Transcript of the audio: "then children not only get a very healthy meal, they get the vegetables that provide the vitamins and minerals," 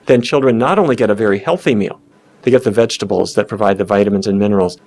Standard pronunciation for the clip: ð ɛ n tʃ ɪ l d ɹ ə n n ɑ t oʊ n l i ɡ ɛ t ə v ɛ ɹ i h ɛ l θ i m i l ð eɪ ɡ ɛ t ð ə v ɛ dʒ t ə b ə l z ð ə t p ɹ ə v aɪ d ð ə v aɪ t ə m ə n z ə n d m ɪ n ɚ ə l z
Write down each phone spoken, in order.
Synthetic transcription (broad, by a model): ð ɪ n tʃ ɪ l d ɹ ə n n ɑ t oʊ n l i ɡ ɛ t ə v ɛ ɹ i h ɛ l θ i m i l ð eɪ ɡ ɛ t ð ə v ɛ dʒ t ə b l z ð ə t p ɹ ə v aɪ d ð ə v aɪ t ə m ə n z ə n m ɪ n ɚ l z